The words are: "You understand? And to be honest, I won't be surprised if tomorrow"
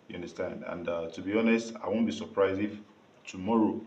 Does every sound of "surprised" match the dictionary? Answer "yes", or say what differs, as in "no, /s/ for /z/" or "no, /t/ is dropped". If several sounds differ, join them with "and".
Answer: no, /d/ is dropped